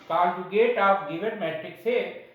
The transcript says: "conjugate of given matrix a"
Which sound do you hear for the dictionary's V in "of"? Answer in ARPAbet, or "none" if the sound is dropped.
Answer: P